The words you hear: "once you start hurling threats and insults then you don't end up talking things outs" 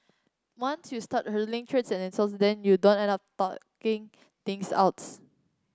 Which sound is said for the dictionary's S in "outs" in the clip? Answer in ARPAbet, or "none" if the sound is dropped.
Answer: S